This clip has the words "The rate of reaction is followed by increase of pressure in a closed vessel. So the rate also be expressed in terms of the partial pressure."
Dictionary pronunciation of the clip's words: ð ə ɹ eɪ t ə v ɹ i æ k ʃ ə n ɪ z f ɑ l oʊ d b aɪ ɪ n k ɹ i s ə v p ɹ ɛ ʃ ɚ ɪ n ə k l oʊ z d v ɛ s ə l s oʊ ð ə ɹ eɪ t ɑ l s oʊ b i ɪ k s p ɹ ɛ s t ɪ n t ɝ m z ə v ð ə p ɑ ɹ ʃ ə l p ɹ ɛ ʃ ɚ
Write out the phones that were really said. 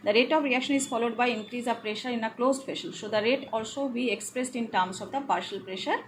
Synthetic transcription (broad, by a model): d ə ɹ eɪ t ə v ɹ i æ k ʃ ə n ɪ z f ɑ l oʊ d b aɪ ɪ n k ɹ i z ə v p ɹ ɛ ʃ ɚ ɪ n ə k l oʊ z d f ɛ ʃ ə l s oʊ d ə ɹ eɪ t ɑ l s oʊ b i ɪ k s p ɹ ɛ s t ɪ n t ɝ m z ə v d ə p ɑ ɹ ʃ ə l p ɹ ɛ ʃ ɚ